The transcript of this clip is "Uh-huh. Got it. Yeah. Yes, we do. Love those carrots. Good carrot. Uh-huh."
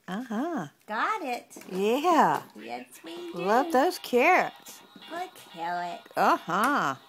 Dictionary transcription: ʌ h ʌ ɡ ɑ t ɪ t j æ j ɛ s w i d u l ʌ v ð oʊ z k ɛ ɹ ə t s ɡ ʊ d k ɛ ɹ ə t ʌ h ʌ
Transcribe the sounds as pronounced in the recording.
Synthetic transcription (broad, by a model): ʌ h ʌ ɡ ɑ t ɪ t j æ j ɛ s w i l ʌ v ð oʊ z k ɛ ɹ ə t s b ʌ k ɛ l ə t ʌ h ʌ